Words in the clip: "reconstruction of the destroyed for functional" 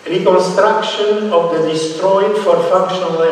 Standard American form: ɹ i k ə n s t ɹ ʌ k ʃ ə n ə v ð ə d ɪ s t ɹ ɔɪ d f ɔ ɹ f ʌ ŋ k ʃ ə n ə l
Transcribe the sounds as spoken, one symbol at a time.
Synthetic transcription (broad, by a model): ɹ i k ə n s t ɹ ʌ k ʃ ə n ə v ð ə d ɪ s t ɹ ɔɪ d f ɔ ɹ f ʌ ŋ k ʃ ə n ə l